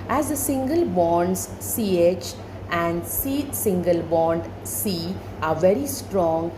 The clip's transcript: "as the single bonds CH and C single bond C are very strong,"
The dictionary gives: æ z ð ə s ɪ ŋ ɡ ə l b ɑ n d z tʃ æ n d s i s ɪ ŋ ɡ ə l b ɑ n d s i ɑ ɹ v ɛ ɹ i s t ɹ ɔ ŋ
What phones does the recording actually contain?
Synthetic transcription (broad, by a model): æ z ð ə s ɪ ŋ ɡ ə l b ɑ n d s tʃ æ n d s i s ɪ ŋ ɡ ə l b ɑ n d s i ɑ ɹ v ɛ ɹ i s t ɹ ɔ ŋ